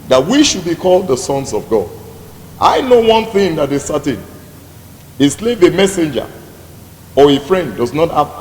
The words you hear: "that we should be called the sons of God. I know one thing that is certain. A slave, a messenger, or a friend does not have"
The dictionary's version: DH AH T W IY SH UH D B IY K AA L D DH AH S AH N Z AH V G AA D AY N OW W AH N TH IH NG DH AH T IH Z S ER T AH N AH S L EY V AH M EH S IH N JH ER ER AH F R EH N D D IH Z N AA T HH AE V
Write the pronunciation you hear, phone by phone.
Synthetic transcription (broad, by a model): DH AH T W IY SH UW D B IY K AA L D DH AH S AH N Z AH V G AA D AY N OW W AH N TH IH NG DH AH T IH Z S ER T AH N AH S L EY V AH M EH S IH N JH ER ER AH F R EH N D D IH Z N AA T HH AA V